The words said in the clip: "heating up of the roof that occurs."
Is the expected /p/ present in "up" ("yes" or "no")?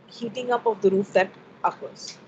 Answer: yes